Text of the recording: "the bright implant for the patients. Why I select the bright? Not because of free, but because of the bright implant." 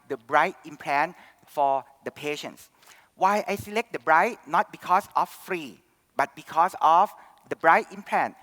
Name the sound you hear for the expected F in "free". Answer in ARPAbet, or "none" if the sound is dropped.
F